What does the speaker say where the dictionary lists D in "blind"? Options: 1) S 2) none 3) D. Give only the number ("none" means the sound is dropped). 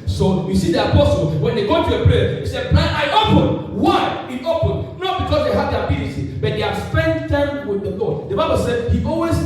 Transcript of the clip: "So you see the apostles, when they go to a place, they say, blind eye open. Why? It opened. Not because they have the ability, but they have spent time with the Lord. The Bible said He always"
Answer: 2